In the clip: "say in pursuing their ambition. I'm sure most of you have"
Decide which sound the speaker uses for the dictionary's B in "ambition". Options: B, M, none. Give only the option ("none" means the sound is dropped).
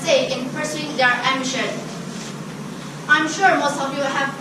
none